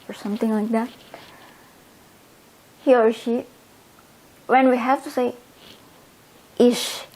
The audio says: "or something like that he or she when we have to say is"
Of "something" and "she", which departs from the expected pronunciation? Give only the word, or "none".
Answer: something